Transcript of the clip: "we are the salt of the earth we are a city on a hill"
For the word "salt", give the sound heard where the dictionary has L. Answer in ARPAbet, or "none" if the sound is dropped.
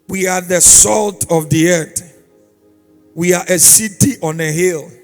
L